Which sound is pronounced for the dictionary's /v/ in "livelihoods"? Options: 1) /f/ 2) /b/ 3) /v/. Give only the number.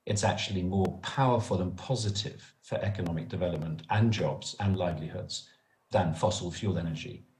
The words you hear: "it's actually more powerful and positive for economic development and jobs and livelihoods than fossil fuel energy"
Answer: 3